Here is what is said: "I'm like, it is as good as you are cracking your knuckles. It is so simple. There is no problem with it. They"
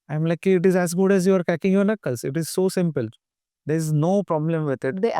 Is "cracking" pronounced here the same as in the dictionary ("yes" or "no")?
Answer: no